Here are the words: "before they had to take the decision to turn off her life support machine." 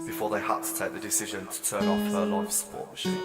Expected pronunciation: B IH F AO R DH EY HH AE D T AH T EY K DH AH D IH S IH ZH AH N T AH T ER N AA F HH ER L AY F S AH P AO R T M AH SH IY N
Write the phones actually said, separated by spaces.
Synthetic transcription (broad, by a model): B IH F AO DH EY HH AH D T AH T EY K DH AH D IH S IH ZH AH N T AH T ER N AA F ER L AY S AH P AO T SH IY